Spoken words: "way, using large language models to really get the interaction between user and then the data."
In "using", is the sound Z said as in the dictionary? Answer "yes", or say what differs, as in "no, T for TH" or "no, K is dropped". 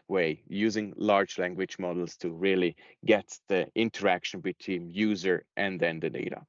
yes